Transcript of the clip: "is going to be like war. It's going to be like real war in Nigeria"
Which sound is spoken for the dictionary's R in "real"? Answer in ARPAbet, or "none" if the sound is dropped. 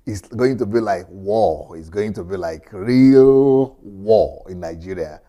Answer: R